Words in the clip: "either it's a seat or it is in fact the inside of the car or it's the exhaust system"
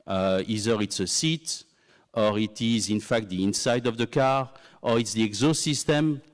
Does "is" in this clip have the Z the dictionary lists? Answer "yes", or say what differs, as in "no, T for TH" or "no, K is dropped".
yes